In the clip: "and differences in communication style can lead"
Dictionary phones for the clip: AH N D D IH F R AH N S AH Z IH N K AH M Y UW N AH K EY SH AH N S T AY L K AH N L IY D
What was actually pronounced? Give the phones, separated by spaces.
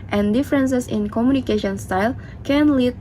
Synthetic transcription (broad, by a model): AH N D D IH F R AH N S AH S IH N K AH M Y UW N AH K EY SH AH N S T AY L K AH N L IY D